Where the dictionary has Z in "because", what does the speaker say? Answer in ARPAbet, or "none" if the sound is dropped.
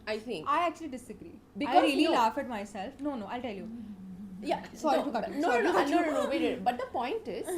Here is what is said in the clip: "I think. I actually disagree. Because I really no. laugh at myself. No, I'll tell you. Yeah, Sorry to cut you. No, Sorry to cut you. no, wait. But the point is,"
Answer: none